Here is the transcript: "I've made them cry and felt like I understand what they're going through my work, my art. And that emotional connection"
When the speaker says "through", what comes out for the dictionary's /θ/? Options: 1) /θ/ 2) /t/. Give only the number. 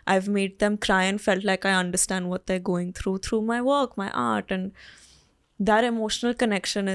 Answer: 2